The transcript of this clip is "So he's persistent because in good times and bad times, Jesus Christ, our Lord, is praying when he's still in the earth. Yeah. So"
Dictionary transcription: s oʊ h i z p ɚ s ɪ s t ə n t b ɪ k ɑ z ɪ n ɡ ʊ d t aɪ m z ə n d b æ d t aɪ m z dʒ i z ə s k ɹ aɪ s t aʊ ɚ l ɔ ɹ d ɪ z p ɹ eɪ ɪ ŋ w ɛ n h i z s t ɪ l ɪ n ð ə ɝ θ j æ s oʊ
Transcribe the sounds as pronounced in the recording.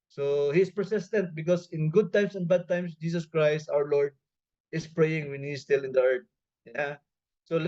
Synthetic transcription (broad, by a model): s oʊ h i s p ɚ s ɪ s t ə n t b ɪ k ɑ s ɪ n ɡ ʊ d t aɪ m s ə n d b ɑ d t aɪ m s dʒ i s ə s k ɹ aɪ s t aʊ ɚ l ɔ ɹ d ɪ s p ɹ eɪ ɪ ŋ w ɛ n h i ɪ s t ɪ l ɪ n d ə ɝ t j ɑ s oʊ